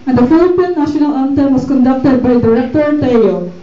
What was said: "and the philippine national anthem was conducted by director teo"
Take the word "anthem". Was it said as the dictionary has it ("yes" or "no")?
no